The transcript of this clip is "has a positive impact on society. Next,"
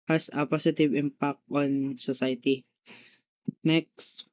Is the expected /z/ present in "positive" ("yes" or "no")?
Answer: no